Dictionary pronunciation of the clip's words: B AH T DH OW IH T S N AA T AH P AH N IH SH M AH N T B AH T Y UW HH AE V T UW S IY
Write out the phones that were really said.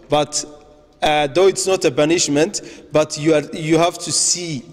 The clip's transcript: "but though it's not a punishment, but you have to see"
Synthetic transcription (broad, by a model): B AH T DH OW IH T S N AA T AH B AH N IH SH M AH N T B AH T Y UW HH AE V T UW S IY